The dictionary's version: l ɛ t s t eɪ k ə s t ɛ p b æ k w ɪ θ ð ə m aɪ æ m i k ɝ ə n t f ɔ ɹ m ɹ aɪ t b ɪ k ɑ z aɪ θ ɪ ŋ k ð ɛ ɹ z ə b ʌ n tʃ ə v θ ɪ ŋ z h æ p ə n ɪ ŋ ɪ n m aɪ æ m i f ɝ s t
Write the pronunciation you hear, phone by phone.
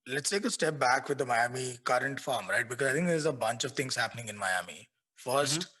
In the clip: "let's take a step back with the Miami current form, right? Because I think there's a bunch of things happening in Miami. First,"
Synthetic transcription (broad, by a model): l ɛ t s t eɪ k ə s t ɛ p b æ k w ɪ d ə m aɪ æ m i k ɝ ə n t f ɔ ɹ m ɹ aɪ t b ɪ k ɑ z aɪ t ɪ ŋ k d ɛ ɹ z ə b ʌ n tʃ ə v t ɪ ŋ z h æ p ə n ɪ ŋ ɪ n m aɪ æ m i f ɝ s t